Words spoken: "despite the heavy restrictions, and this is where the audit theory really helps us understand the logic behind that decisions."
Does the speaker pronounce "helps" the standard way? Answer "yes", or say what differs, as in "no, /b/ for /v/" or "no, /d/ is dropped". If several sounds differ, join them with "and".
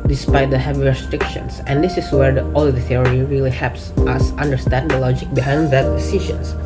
yes